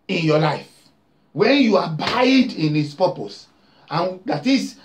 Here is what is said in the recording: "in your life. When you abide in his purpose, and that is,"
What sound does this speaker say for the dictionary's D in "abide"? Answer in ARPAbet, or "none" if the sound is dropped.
D